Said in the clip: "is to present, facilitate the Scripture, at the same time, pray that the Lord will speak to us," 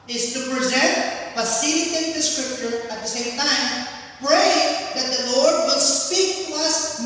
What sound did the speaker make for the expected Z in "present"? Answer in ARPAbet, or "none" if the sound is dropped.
Z